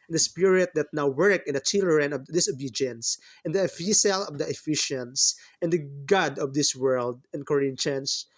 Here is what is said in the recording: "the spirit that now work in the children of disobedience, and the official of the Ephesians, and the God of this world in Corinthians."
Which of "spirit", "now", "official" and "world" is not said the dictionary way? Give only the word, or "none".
official